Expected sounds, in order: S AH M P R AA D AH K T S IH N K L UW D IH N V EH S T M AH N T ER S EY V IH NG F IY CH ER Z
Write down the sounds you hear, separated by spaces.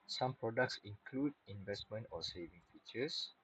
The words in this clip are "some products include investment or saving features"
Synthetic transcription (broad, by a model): S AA M P R AA D AH K T S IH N K L UW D IH N V EH S T M AH N T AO S EY V IH NG F IY CH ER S